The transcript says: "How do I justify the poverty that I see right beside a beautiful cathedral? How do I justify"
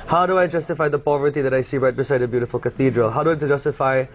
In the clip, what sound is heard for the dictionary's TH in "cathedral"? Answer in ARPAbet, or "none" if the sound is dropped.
TH